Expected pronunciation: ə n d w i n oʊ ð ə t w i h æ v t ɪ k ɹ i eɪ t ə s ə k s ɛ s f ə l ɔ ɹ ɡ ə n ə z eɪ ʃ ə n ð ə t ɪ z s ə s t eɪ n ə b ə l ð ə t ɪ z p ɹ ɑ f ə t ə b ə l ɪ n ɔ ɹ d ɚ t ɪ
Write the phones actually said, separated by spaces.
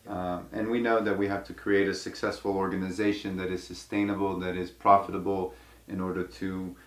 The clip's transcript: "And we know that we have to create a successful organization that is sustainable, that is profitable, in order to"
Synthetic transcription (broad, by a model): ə n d w i n oʊ ð ə t w i h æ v t ɪ k ɹ i eɪ t ə s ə k s ɛ s f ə l ɔ ɹ ɡ ə n ə z eɪ ʃ ə n ð ə t ɪ z s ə s t eɪ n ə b l ð ə t ɪ z p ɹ ɑ f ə t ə b l ɪ n ɔ ɹ d ɚ t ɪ